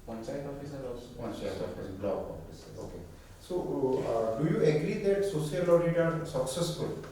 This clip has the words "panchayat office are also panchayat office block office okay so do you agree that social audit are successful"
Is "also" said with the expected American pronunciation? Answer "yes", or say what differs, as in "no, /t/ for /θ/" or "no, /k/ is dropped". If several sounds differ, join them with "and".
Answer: no, /l/ is dropped